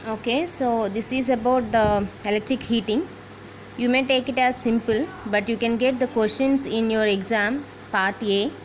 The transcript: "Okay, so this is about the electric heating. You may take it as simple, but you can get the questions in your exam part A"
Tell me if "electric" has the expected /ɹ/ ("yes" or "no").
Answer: yes